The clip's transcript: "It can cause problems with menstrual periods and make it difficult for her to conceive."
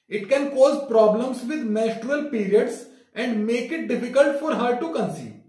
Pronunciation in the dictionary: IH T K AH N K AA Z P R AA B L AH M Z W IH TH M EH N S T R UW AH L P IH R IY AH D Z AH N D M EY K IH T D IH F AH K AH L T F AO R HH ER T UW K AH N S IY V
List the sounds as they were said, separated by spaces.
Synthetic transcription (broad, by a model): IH T K AH N K AA Z P R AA B L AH M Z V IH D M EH S T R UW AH L P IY R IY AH D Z AH N D M EY K IH T D IH F AH K AH L T F AO R HH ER T UW K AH N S IY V